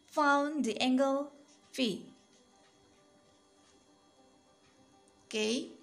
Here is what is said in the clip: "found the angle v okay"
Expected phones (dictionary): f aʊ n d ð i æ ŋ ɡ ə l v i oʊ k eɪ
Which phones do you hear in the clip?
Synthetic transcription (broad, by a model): f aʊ n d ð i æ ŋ ɡ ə l f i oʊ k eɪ